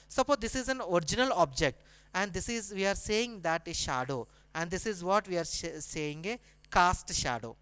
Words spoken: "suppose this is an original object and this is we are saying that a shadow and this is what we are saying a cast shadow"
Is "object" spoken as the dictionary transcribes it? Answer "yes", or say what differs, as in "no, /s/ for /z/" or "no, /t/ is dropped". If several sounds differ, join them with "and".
yes